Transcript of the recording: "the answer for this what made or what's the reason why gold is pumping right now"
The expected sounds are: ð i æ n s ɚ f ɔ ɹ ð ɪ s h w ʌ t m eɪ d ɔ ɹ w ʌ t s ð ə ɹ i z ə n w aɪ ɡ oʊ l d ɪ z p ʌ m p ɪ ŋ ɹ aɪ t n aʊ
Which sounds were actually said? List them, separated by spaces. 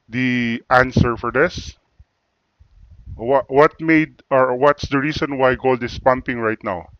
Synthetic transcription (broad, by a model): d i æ n s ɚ f ɔ ɹ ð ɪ s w w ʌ t m eɪ d ɔ ɹ w ʌ t s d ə ɹ i s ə n w aɪ ɡ oʊ l d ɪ s p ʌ m p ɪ ŋ ɹ aɪ t n aʊ